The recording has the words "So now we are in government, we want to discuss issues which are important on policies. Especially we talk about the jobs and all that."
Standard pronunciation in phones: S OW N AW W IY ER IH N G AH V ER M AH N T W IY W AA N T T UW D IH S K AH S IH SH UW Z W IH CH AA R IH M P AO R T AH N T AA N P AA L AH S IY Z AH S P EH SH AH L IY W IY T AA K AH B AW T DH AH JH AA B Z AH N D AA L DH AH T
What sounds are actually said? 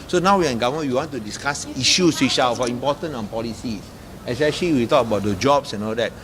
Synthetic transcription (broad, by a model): S OW N AW W IY IH N G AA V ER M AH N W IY W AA N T T UW D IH S K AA S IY SH UW S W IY SH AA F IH M P AO T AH N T AA N P AA L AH S IY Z AH S P EH SH AH L IY W IY T AA K AH B AW T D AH JH AA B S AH N AA L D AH T